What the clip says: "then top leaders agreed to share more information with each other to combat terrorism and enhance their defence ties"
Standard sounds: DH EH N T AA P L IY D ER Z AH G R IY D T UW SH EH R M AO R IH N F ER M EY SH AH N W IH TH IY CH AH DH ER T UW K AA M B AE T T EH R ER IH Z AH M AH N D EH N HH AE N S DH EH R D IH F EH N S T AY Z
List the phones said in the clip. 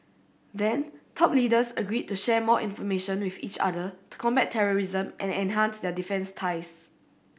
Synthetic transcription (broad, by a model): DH EH N T AA P L IY D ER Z AH G R IY D T UW SH EH M AO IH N F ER M EY SH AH N W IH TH IY CH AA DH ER T UW K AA M B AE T T EH R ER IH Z AH M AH N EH N HH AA N S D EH D IH F EH N S T AY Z